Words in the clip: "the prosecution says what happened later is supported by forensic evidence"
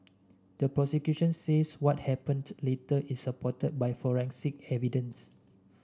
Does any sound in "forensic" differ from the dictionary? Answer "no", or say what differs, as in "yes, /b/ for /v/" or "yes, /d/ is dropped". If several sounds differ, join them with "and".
no